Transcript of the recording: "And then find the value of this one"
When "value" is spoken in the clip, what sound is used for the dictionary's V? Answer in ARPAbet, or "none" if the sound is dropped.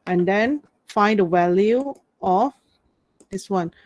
W